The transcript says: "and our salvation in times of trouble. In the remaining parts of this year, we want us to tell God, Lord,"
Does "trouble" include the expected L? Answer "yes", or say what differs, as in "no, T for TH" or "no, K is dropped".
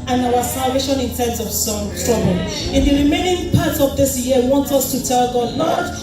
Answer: no, N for L